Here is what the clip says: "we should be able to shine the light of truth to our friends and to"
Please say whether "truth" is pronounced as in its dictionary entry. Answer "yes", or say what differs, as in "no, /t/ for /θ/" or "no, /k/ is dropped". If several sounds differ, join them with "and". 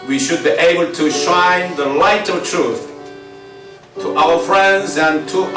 yes